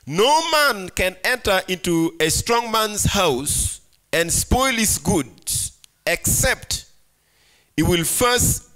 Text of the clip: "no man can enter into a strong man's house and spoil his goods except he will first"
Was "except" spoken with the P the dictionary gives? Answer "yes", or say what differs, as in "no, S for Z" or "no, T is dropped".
yes